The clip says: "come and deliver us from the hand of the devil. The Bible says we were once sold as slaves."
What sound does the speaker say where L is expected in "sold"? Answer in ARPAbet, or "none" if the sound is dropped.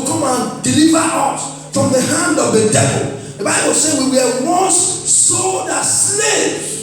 none